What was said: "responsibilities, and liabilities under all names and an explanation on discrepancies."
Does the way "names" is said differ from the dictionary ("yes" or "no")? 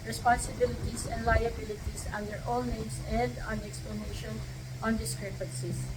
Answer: yes